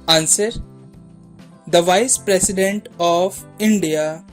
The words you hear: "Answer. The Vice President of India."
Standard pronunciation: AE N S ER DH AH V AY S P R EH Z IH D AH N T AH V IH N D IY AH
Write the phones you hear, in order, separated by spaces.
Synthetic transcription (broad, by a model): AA N S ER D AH V AY S P R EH S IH D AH N T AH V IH N D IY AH